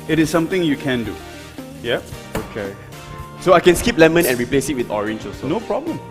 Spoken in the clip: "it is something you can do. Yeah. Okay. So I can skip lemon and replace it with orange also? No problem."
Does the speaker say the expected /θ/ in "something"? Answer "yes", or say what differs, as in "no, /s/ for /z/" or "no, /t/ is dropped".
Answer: no, /t/ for /θ/